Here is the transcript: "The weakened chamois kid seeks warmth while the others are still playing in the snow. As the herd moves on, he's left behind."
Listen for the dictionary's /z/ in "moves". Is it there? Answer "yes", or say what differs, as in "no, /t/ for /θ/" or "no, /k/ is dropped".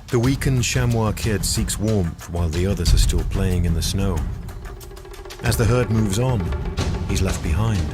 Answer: yes